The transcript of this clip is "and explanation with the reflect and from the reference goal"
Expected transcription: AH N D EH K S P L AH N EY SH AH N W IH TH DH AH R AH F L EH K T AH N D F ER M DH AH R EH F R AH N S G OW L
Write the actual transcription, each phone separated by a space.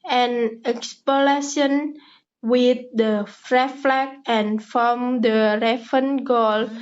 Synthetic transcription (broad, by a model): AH N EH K S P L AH L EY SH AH N W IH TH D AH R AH F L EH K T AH N F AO M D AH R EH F AH N G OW L